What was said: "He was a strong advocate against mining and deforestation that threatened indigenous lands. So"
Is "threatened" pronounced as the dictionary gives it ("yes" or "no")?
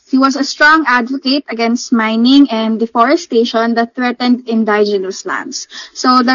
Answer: yes